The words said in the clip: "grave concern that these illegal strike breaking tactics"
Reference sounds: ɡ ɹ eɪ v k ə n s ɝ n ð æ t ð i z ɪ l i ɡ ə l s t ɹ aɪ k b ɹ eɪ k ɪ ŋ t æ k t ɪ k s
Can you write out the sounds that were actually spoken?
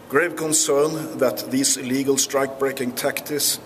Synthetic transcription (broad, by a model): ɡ ɹ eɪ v k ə n s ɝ n ð æ t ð i s ɪ l i ɡ ə l s t ɹ aɪ k b ɹ eɪ k ɪ ŋ t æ k t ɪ s